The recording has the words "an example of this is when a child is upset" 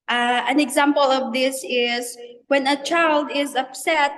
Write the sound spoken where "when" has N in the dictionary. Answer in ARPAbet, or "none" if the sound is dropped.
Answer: N